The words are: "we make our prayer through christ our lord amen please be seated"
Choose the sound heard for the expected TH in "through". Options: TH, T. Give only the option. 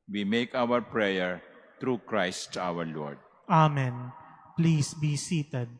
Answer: T